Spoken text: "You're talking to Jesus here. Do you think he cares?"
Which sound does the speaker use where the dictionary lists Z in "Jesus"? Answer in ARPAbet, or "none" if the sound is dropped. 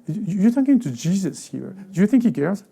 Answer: Z